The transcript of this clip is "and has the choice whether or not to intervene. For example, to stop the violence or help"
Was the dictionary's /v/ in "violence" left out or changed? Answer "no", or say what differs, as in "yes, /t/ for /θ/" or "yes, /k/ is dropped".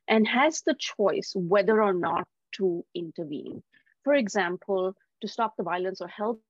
no